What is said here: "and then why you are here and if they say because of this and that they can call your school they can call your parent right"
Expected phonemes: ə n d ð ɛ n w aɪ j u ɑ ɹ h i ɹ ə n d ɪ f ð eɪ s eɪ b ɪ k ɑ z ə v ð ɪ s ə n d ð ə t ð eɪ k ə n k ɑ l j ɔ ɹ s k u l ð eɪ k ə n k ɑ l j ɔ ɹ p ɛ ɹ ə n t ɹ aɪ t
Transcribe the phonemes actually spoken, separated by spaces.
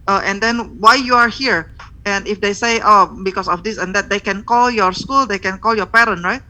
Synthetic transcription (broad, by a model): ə n d ɛ n w aɪ j u ɑ ɹ h i ɹ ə n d ɪ f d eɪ s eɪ b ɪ k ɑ s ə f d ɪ s ə n d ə t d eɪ k ə n k ɑ l j ɔ ɹ s k u l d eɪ k ə n k ɑ l j ɔ ɹ p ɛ ɹ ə n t ɹ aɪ t